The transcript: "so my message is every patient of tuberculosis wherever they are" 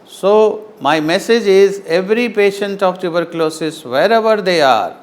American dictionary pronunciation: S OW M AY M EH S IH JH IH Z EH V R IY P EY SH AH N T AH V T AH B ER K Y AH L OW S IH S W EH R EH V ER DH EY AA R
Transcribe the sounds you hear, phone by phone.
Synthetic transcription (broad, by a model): S OW M AY M EH S IH JH IH Z EH V R IY P EY SH AH N T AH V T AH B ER K L OW S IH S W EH R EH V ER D EY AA R